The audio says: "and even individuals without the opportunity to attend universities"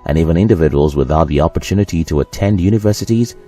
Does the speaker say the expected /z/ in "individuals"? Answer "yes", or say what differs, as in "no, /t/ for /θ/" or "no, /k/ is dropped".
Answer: yes